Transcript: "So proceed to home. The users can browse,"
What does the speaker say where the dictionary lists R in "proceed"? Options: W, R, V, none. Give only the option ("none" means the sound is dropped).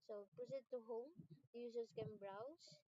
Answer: none